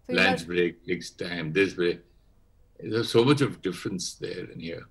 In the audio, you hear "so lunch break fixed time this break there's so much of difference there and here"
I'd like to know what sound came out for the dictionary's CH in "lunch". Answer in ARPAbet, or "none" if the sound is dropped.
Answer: S